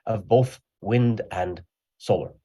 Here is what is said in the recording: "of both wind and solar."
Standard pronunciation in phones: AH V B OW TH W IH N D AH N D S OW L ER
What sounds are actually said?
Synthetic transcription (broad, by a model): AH V B OW TH W IH N D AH N S OW L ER